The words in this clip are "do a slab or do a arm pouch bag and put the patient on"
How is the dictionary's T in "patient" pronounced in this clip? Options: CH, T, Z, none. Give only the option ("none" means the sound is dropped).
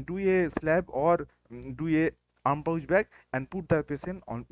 none